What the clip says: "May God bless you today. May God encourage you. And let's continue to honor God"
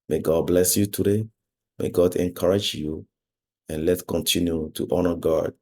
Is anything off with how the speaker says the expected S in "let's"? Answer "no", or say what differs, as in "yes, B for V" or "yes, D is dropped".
yes, S is dropped